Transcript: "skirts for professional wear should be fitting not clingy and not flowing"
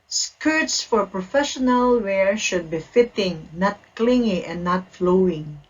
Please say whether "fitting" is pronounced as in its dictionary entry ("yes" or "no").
yes